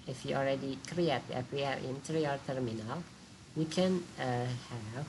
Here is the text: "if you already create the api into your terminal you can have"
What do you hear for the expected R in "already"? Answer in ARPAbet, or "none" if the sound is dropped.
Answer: L